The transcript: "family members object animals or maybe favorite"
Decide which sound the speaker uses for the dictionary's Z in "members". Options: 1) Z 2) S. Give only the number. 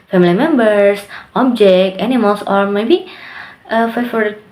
2